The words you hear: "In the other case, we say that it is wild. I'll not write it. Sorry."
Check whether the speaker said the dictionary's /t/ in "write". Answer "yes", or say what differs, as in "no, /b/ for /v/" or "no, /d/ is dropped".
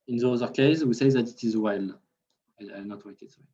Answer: no, /t/ is dropped